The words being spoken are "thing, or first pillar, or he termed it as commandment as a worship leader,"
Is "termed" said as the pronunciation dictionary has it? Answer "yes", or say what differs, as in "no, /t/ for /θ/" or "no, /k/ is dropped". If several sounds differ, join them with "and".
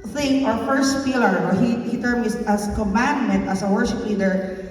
no, /d/ is dropped